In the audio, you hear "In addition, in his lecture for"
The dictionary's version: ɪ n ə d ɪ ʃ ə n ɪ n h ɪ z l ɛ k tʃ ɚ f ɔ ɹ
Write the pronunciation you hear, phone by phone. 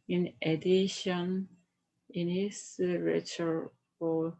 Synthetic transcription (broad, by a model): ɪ n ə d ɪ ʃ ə n ɪ n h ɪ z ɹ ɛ tʃ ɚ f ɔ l